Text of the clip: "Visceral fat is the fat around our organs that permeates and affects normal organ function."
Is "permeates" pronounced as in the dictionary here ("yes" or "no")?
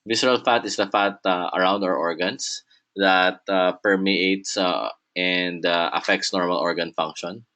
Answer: yes